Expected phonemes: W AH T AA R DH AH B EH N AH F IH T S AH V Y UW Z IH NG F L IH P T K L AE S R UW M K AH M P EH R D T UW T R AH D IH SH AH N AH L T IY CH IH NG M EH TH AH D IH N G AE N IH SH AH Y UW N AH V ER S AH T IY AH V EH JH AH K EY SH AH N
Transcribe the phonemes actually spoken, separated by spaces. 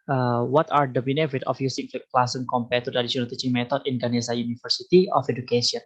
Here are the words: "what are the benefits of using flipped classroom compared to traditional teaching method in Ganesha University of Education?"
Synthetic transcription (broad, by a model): W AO T AA R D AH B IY N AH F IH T AH F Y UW S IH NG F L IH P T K L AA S AH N K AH M P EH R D T UW T R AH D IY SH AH N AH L T IY CH IH NG M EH T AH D IH N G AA N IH S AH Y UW N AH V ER S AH T IY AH F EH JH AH K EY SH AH N